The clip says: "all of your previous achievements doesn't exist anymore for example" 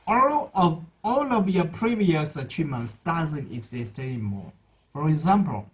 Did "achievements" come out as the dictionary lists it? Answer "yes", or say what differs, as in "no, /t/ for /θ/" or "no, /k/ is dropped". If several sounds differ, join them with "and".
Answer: yes